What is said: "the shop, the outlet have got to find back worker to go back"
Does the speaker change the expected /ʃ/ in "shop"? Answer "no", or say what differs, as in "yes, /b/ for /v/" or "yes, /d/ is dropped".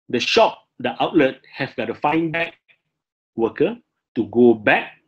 no